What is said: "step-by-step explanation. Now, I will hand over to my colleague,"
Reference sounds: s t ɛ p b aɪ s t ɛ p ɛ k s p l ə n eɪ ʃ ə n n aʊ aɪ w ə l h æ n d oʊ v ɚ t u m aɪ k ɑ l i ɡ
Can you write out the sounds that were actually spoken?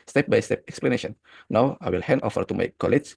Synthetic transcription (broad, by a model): s t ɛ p b aɪ s t ɛ p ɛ k s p l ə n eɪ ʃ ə n n aʊ aɪ w ə l h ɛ n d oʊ f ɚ t u m aɪ k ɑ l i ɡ